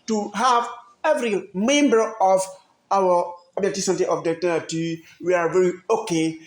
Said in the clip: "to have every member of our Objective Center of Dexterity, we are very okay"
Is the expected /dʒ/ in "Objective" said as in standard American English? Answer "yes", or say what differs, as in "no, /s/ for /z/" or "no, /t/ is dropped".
no, /dʒ/ is dropped